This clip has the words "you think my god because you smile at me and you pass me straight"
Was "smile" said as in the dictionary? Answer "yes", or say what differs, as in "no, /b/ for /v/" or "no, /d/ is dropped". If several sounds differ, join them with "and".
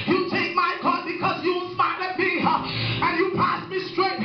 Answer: no, /n/ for /l/